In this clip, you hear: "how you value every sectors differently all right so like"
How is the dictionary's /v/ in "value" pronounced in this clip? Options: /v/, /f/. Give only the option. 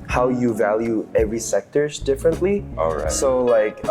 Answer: /v/